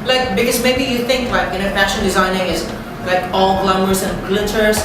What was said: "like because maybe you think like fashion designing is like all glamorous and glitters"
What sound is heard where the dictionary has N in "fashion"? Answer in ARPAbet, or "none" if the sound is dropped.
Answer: L